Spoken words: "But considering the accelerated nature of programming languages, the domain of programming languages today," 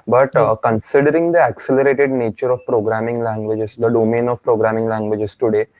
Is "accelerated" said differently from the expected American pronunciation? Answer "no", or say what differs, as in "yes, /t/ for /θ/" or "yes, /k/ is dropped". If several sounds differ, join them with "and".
no